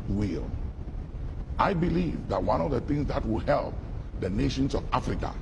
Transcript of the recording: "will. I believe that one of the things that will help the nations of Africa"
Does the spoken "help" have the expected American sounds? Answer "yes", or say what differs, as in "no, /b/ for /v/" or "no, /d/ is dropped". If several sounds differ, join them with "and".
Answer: yes